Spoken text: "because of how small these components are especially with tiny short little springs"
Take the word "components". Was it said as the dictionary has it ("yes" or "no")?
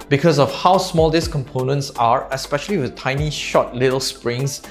yes